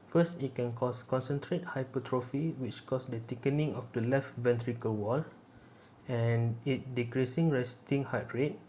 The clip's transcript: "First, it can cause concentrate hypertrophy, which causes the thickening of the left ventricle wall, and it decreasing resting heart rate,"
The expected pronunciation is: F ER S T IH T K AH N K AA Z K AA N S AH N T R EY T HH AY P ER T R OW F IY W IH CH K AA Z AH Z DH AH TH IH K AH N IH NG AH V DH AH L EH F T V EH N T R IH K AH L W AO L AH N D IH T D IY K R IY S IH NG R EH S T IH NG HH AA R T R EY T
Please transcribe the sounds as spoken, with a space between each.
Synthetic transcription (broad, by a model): F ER S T IH T K AH N K AA S K AA N S AH N T R EY T HH AY P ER T R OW F IY W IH CH K AA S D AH T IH K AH N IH NG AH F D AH L EH F T V EH N T R IH K AH L W AO L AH N IH T D IY K R IY S IH NG R EH S T IH NG HH AA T R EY T